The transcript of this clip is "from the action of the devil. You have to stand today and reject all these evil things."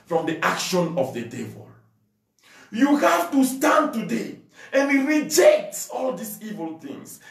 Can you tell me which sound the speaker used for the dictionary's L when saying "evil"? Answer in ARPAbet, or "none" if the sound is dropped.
L